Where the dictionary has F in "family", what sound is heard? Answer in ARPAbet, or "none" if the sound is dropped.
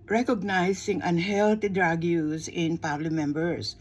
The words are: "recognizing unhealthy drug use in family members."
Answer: P